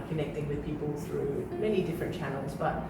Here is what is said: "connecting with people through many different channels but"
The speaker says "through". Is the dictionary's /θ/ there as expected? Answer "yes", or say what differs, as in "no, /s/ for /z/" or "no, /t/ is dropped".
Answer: yes